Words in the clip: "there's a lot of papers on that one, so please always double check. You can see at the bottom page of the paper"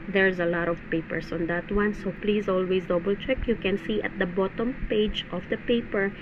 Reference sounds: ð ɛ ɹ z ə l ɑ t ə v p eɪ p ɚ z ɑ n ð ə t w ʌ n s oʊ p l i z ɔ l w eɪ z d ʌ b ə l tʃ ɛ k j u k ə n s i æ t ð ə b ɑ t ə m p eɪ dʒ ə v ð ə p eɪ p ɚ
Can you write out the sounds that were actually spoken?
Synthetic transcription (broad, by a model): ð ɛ ɹ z ə l ɑ t ə v p eɪ p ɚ s ɑ n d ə t w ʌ n s oʊ p l i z ɔ l w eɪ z d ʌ b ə l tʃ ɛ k j u k ə n s i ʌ t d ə b ɑ t ə m p eɪ dʒ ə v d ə p eɪ p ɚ